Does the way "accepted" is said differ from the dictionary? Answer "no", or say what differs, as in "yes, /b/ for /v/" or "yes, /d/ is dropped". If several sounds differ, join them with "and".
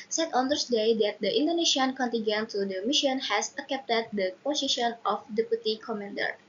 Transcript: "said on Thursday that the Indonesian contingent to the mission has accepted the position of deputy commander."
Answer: yes, /s/ is dropped